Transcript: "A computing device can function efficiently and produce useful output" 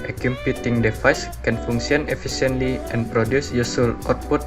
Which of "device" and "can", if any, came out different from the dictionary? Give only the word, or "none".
device